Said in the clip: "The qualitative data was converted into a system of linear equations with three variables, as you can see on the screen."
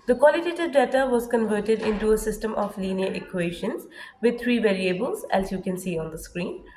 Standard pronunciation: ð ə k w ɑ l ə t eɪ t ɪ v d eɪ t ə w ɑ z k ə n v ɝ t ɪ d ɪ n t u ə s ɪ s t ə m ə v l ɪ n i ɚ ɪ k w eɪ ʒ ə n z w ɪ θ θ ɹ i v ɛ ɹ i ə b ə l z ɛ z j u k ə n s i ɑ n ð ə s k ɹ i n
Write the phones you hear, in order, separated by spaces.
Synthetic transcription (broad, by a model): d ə k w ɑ l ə t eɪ t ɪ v d eɪ t ə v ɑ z k ə n v ɝ t ɪ d ɪ n t u ə s ɪ s t ə m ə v l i n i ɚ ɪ k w eɪ ʃ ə n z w ɪ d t ɹ i v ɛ ɹ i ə b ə l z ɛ s j u k ə n s i ɑ n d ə s k ɹ i n